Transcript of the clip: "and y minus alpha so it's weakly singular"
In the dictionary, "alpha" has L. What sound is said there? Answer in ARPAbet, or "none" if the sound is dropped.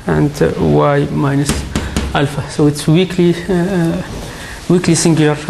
L